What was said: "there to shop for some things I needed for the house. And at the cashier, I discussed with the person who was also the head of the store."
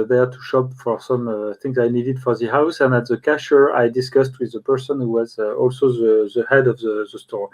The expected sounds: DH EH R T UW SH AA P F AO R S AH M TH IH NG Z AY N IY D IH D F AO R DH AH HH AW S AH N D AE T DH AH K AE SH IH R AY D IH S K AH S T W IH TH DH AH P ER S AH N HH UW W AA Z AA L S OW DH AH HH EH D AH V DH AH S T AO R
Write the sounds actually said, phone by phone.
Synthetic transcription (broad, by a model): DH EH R T UW SH AA P F AO R S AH M TH IH NG Z AY N IY D IH D F AO R DH AH HH AW S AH N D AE T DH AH K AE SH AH R AY D IH S K AH S T W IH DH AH P ER S AH N HH UW W AA Z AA L S OW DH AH HH EH D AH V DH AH S T AO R